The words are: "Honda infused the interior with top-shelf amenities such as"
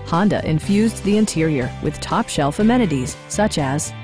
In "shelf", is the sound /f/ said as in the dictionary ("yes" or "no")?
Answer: yes